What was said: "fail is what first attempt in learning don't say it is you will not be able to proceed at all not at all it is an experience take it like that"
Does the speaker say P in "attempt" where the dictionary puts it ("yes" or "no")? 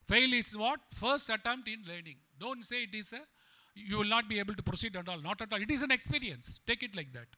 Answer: yes